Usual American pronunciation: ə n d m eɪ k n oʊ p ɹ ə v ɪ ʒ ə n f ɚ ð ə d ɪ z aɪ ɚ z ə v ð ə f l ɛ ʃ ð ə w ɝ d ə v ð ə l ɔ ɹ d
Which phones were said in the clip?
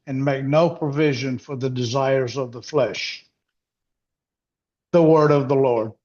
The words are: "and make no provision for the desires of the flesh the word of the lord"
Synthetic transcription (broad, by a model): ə n m eɪ k n oʊ p ɹ ə v ɪ ʒ ə n f ɚ ð ə d ɪ z aɪ ɚ z ə v ð ə f l ɛ ʃ ð ə w ɝ d ə v ð ə l ɔ ɹ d